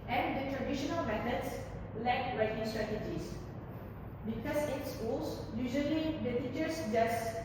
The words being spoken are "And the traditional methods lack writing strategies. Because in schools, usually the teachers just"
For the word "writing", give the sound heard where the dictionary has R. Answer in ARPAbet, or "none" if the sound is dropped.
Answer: R